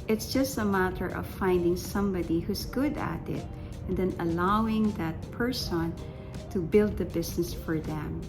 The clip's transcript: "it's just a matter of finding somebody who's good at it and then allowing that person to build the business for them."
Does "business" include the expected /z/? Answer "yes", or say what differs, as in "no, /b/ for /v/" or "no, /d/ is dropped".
no, /s/ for /z/